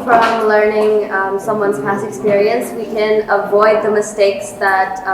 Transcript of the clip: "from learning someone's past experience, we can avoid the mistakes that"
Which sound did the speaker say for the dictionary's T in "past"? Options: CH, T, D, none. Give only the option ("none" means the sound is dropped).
none